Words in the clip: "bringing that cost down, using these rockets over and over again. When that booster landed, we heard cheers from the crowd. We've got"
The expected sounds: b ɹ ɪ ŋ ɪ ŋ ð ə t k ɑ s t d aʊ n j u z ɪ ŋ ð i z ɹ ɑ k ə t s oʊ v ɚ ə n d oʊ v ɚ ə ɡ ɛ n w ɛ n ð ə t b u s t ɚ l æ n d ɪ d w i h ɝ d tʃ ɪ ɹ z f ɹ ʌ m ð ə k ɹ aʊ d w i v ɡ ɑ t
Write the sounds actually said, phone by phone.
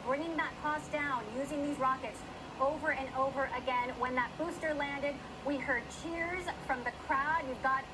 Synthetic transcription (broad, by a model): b ɹ ɪ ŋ ɪ ŋ ð ə t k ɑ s d aʊ n j u z ɪ ŋ ð i z ɹ ɑ k ə t s oʊ v ɚ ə n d oʊ v ɚ ə ɡ ɛ n w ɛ n ð ə t b u s t ɚ l æ n d ɪ d w i h ɝ d tʃ ɪ ɹ z f ɹ ʌ m ð ə k ɹ aʊ d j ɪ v ɡ ɑ t